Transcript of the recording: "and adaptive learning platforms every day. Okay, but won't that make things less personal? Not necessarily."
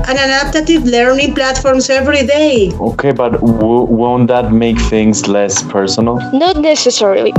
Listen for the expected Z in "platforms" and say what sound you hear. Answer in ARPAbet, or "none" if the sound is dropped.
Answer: S